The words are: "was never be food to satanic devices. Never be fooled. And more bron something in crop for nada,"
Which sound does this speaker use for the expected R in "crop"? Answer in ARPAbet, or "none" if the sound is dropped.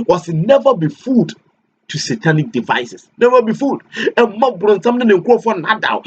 none